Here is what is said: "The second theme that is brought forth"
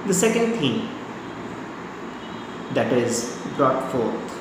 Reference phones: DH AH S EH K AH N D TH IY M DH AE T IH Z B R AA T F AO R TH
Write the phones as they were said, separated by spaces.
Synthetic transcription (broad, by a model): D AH S EH K AH N D T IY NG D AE T IH Z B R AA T F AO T